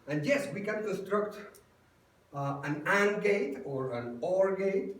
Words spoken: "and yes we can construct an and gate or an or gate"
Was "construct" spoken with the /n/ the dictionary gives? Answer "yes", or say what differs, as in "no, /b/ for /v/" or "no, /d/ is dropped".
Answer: no, /n/ is dropped